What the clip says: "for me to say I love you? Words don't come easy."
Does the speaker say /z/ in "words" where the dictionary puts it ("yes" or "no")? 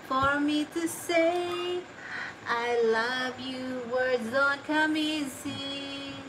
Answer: yes